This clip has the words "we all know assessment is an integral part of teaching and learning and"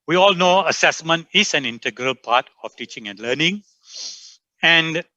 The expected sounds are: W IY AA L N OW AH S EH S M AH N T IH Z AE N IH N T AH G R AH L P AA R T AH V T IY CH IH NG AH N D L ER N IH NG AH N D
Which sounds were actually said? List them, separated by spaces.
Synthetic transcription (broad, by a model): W IY AA L N OW AH S EH S M AH N T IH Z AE N IH N T AH G R AH L P AA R T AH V T IY CH IH NG AH N D L ER N IH NG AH N D